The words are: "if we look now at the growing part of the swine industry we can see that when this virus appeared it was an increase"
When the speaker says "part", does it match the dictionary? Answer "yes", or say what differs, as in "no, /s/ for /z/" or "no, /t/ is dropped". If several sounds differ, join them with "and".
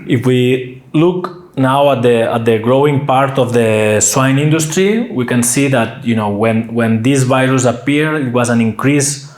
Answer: yes